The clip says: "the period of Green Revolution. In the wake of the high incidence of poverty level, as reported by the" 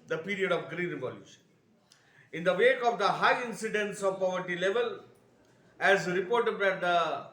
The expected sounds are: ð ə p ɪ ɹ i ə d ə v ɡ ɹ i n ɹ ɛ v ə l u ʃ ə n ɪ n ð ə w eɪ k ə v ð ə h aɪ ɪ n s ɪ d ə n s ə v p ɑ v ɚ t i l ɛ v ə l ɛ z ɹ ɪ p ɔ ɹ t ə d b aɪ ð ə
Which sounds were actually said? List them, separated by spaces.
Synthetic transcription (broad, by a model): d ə p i ɹ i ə d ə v ɡ ɹ i n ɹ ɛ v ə l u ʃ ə n ɪ n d ə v eɪ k ə v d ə h aɪ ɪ n s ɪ d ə n s ə v p ɑ v ɚ t i l ɛ v ə l ɛ z ɹ ɪ p ɔ ɹ t ə d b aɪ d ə